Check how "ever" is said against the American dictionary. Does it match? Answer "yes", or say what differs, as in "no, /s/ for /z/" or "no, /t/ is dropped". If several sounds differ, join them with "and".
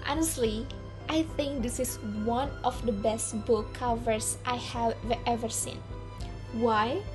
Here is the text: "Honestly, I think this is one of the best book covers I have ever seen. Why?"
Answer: yes